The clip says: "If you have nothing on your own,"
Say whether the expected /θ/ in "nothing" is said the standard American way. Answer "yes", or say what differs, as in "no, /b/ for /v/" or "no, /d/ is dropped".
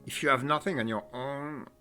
yes